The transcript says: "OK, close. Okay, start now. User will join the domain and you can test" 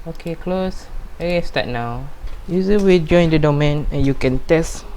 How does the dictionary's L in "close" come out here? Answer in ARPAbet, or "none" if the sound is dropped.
L